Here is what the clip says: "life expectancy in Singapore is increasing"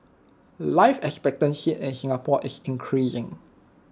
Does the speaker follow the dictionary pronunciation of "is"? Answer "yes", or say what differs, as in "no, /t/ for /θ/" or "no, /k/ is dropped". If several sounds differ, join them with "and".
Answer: no, /s/ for /z/